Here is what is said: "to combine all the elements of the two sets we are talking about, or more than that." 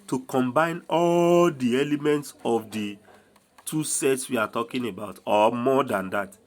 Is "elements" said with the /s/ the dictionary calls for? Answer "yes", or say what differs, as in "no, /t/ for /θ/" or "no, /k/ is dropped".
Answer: yes